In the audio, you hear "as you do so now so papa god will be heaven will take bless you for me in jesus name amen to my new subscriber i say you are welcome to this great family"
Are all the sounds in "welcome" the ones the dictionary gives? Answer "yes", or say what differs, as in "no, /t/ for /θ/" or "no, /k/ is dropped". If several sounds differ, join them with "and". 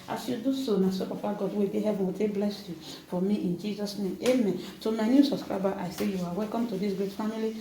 yes